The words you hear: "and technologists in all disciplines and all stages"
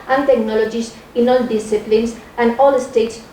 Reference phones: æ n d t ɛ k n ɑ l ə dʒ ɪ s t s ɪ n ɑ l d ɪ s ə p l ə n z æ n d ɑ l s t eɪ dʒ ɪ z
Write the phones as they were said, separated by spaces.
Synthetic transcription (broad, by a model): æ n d t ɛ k n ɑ l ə dʒ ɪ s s ɪ n ɑ l d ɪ s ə p l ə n s æ n d ɑ l s t eɪ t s